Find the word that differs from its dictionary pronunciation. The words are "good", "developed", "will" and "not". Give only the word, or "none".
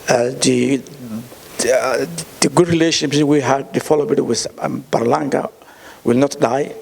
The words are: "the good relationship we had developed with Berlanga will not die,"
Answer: developed